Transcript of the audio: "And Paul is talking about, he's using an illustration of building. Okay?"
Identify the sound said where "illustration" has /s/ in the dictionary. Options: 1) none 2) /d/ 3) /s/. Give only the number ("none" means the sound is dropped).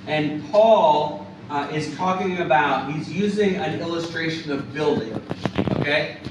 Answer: 3